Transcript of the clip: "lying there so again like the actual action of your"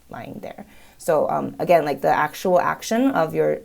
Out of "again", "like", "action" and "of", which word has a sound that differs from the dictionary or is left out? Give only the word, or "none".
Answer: none